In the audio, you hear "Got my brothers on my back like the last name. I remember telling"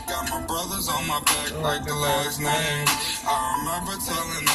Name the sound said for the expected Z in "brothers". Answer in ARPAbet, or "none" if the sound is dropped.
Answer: Z